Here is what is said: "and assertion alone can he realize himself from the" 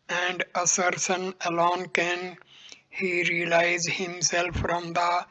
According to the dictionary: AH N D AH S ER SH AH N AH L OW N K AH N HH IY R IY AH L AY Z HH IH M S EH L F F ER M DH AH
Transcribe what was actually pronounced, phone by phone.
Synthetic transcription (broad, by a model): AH N D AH S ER S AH N AH L OW N K AH N HH IY R IY AH L AY Z HH IH M S EH L F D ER M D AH